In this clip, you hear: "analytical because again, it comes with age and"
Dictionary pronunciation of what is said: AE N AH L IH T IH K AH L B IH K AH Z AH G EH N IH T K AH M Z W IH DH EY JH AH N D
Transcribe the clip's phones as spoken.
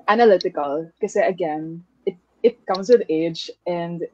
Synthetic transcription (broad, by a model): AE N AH L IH T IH K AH L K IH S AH AH G EH N IH T K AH M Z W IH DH EY JH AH N D